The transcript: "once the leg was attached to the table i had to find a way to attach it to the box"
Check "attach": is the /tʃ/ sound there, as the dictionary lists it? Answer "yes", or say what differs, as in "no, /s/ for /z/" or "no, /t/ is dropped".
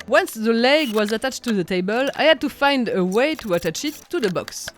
yes